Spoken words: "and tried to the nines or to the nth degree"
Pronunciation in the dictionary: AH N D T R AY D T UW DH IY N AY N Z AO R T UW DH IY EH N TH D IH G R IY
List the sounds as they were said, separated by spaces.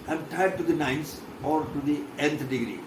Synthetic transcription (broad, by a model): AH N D T AY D T UW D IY N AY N S AO R T UW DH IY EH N T D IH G R IY